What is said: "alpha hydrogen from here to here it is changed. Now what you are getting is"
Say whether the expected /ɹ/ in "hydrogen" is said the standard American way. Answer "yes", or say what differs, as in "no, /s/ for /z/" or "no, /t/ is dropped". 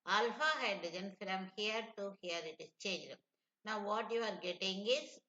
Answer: no, /ɹ/ is dropped